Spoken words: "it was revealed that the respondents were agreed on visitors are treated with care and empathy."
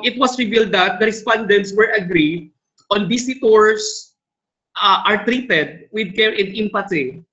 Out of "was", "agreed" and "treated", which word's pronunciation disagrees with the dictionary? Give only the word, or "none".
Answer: was